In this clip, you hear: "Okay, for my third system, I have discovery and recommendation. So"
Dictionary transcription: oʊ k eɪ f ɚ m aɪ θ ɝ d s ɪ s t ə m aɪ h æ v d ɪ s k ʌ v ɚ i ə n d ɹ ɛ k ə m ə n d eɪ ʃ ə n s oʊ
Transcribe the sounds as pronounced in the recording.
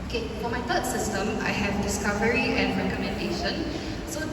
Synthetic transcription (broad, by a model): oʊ k eɪ f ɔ m aɪ t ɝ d s ɪ s t ə m aɪ h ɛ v d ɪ s k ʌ v ɚ i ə n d ɹ ɛ k ə m ə n d eɪ ʃ ə n s oʊ